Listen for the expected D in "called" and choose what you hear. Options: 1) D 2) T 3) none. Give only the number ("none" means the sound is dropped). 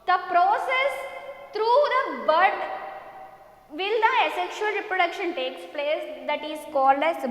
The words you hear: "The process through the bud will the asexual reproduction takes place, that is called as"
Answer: 1